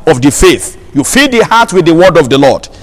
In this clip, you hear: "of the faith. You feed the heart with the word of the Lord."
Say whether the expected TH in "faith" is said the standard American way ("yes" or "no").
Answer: yes